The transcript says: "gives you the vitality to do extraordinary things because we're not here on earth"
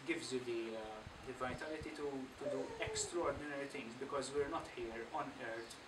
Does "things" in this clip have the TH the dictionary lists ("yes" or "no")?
no